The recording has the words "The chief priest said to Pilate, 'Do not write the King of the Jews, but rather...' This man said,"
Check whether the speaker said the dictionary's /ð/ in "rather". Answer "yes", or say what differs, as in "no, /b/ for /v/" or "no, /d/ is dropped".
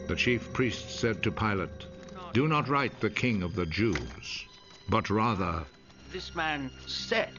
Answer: yes